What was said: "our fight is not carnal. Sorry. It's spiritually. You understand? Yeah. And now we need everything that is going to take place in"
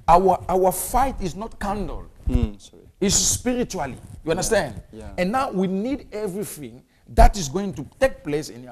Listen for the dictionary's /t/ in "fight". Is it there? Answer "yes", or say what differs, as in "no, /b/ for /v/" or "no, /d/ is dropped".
yes